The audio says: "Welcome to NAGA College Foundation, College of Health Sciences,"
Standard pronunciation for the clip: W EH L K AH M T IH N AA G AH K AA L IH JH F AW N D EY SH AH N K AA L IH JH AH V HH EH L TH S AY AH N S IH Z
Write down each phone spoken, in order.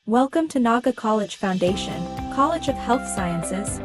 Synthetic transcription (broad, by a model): W EH L K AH M T IH N AA G AH K AA L IH JH F AW N D EY SH AH N K AA L IH JH AH V HH EH L TH S AY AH N S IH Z